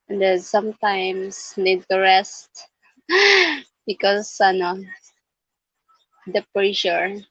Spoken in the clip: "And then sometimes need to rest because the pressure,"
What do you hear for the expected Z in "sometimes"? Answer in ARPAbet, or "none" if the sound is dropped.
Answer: S